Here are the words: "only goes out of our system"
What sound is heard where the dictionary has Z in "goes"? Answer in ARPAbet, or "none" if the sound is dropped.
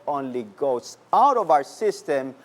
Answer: S